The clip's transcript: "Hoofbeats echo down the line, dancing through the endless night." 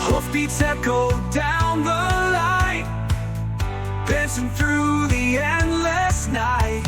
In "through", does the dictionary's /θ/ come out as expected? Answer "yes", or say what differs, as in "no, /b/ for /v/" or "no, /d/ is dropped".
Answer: yes